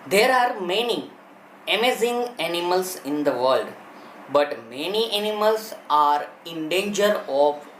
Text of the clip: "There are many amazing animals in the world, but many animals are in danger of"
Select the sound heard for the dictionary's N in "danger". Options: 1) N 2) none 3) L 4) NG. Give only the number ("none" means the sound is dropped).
1